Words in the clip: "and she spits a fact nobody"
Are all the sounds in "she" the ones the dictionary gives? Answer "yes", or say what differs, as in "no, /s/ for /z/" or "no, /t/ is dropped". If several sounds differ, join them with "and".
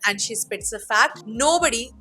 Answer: yes